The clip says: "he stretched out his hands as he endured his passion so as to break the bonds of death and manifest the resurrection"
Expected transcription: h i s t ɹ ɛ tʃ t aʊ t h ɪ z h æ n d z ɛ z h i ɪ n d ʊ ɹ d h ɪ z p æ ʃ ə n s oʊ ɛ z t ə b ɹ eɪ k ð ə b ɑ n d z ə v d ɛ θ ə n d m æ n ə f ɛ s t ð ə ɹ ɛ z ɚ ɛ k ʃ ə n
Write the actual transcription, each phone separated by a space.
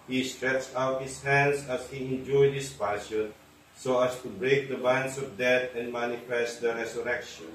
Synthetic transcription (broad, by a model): h i s t ɹ ɛ tʃ t aʊ t h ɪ s h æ n d s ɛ s h i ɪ n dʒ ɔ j d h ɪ s p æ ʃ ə n s oʊ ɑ s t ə b ɹ eɪ k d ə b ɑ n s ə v d ɛ t ə n d m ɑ n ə f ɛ s t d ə ɹ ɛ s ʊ ɛ k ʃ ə n